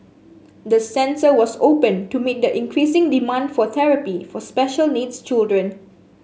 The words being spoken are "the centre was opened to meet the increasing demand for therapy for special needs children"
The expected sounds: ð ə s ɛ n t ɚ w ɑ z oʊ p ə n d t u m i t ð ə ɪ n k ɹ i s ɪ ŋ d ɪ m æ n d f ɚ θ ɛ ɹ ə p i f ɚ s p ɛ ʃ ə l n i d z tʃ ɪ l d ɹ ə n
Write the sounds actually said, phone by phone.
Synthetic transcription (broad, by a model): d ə s ɛ n s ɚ w ɑ s oʊ p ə n t u m i t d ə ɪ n k ɹ i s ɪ ŋ d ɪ m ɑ n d f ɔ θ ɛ ɹ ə p i f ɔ s p ɛ ʃ ə l n i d s tʃ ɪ l d ɹ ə n